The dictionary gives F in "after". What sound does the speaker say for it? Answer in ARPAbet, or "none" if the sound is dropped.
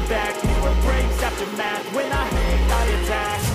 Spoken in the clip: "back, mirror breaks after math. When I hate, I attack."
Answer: P